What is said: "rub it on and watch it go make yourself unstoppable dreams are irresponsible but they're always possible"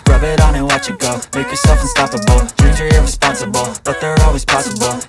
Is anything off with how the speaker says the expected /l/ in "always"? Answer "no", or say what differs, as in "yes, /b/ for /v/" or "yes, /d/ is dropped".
no